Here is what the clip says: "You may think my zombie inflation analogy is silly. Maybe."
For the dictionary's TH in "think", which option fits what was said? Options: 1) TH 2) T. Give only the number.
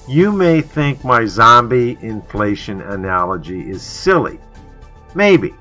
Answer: 1